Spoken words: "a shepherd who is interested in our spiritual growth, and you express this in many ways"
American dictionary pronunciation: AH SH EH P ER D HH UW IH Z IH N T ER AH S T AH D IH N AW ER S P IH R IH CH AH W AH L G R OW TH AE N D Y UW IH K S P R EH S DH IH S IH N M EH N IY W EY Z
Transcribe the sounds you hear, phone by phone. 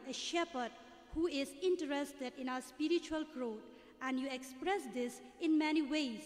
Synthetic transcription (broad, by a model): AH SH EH P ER D HH UW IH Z IH N T ER AH S T AH D IH N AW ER S P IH R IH CH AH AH L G R OW T AE N D Y UW IH K S P R EH S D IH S IH N M EH N IY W EY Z